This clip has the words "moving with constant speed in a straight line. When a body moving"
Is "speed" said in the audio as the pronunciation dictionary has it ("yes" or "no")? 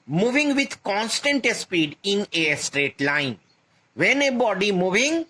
yes